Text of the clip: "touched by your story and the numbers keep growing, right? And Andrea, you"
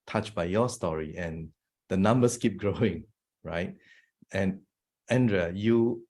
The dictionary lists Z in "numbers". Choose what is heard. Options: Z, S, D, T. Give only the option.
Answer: S